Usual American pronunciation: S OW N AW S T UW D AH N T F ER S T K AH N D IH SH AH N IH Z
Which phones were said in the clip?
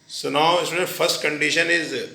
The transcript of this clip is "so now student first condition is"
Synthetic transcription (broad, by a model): S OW N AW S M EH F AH T S T K AH N D IH SH AH N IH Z